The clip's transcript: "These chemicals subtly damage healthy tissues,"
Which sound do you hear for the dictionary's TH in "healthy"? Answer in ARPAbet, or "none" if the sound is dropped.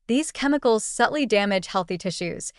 TH